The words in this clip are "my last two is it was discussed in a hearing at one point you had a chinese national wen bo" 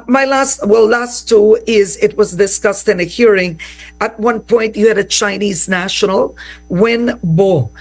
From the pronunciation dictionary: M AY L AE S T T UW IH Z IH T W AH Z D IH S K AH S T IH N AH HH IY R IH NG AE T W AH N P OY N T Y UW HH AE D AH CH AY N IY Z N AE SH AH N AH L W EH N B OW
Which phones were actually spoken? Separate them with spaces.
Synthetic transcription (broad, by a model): M AY L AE S T T UW IH Z IH T W AH Z D IH S K AH S T IH N AH HH IY R IH NG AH T W AH N P OY N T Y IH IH D AH CH AY N IY Z N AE SH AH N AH L W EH N B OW